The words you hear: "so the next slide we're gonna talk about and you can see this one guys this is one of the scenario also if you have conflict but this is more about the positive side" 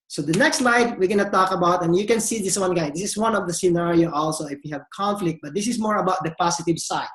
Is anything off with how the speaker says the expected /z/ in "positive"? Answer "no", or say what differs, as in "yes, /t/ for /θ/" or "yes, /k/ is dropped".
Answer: yes, /s/ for /z/